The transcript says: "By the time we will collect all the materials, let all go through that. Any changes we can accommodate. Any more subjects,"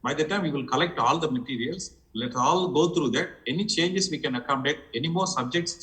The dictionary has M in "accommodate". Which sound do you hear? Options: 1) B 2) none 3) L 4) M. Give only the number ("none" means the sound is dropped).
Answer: 2